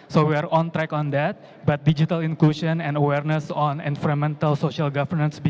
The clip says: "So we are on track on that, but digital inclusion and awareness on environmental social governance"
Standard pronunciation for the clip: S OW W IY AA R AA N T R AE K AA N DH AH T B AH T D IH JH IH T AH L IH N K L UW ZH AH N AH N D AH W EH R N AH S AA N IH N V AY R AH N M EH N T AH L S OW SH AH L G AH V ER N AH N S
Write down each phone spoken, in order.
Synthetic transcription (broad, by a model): S OW W IY AA R AA N T R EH K AA N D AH T B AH T D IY JH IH T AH L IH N K L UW SH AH N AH N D AH W EH R N AH S AA N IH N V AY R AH M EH N T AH L S OW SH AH L G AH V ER N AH N S